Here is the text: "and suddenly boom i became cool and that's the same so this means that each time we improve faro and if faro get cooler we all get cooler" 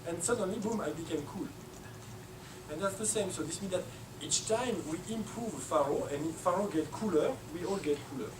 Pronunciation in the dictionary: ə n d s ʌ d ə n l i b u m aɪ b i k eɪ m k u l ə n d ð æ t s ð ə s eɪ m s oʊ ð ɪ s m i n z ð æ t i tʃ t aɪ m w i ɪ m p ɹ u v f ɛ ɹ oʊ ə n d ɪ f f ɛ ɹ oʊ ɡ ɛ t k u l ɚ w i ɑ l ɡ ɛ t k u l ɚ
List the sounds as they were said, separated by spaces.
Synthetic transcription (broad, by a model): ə n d s ʌ d ə n l i b u m aɪ b i k eɪ m k u l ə n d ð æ t s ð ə s eɪ m s oʊ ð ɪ s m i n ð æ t i tʃ t aɪ m w i ɪ m p ɹ u v f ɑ ɹ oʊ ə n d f f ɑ ɹ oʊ ɡ ɛ t k u l ɚ w i ɑ l ɡ ɛ t k u l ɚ